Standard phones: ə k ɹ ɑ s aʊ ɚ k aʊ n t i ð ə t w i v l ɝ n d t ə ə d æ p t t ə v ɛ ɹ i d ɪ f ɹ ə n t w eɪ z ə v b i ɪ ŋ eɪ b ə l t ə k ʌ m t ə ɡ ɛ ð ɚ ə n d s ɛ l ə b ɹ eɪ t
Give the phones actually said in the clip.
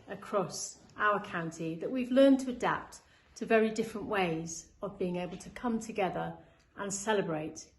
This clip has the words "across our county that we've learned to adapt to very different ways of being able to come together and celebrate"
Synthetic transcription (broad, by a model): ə k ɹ ɑ s aʊ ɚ k aʊ n t i ð ə t w i v l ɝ n t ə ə d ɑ p t t ə v ɛ ɹ i d ɪ f ɹ ə n t w eɪ z ə v b i ɪ ŋ eɪ b ə l t ə k ʌ m t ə ɡ ɛ ð ɚ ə n s ɛ l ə b ɹ eɪ t